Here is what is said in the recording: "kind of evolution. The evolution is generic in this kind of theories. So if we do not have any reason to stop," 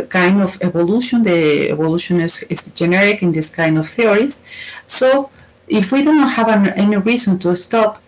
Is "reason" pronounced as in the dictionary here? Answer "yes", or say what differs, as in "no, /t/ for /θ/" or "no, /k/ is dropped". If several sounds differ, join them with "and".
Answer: no, /s/ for /z/